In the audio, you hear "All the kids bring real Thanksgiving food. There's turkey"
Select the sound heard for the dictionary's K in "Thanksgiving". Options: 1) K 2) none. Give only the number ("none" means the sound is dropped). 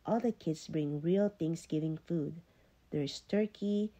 2